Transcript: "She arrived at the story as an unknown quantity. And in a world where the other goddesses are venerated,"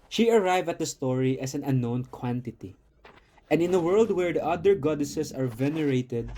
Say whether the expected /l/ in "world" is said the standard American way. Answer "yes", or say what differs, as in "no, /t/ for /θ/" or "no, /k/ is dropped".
yes